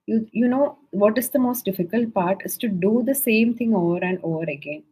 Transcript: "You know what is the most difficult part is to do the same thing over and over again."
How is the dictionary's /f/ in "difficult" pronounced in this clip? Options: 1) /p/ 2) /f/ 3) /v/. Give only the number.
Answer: 2